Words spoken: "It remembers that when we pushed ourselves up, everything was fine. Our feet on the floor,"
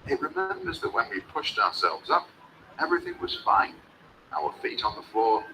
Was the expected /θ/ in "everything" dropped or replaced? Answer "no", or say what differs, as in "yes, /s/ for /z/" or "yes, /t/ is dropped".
no